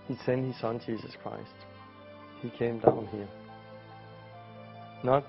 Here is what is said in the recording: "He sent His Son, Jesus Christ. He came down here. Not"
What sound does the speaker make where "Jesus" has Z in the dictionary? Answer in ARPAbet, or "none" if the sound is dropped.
S